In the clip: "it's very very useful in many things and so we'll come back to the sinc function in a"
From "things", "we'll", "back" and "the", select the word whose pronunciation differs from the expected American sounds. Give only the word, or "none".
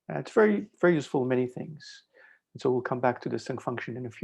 none